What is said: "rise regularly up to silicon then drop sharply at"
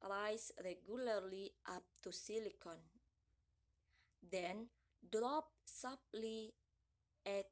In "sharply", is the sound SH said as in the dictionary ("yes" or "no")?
no